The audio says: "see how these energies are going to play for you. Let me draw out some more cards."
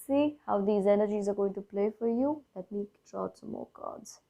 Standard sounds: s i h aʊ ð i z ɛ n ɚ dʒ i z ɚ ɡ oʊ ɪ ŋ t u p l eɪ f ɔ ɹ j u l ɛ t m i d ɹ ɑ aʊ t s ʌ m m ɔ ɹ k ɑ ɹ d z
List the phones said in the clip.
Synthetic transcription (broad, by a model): s i h aʊ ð i z ɛ n ɚ dʒ i z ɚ ɡ oʊ ɪ ŋ t u p l eɪ f ɔ ɹ j u l ɛ t m i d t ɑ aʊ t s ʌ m m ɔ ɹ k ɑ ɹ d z